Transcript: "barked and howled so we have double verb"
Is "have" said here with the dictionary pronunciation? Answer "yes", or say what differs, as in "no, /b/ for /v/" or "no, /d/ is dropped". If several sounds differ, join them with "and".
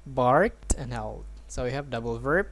yes